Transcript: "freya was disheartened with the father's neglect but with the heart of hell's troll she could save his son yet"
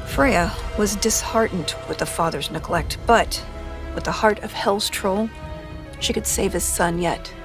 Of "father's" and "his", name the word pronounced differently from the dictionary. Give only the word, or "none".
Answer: none